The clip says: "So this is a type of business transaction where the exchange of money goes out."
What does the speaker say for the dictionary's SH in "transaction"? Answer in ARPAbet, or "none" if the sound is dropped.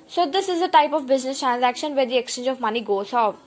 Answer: SH